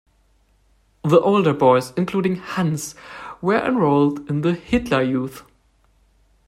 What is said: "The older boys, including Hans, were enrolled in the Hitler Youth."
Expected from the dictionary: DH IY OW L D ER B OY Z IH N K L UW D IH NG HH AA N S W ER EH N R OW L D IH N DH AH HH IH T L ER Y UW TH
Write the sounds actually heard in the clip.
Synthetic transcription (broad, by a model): DH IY OW L D ER B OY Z IH N K L UW D IH NG HH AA N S W ER EH N R OW L D IH N DH AH HH IH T L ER Y UW TH